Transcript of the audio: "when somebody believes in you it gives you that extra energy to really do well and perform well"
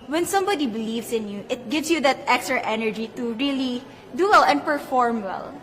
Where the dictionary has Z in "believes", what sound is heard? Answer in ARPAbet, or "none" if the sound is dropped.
S